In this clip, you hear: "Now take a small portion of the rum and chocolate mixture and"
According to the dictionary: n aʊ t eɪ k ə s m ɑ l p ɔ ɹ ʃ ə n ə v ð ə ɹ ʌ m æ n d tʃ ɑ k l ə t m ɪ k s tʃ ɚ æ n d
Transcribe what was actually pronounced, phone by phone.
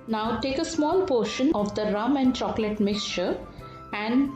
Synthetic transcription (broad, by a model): n aʊ t eɪ k ə s m ɑ l p ɔ ɹ ʃ ə n ə v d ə ɹ ʌ m æ n d tʃ ɑ k l ə t m ɪ k s tʃ ɚ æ n d